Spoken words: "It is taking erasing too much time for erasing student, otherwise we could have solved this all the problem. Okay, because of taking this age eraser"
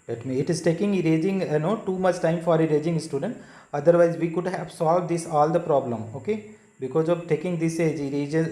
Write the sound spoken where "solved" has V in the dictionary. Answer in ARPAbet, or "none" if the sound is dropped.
V